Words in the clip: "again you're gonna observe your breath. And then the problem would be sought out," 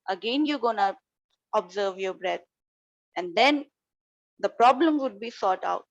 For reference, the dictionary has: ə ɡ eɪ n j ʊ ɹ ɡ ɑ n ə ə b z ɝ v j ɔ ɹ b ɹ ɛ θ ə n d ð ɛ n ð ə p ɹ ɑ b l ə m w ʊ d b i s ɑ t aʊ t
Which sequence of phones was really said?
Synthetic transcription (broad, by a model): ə ɡ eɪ n j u ɡ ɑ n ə ə b z ɝ v j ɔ b ɹ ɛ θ ə n d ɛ n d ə p ɹ ɑ b l ə m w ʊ d b i s ɑ t aʊ t